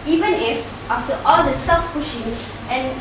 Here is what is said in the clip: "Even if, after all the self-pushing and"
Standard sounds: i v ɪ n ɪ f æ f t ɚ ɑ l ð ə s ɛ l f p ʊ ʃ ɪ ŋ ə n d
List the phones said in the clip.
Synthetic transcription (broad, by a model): i v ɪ n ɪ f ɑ f t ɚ ɑ l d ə s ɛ f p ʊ ʃ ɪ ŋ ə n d